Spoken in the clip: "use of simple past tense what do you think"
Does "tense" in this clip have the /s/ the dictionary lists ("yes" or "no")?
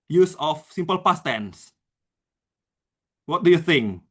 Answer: yes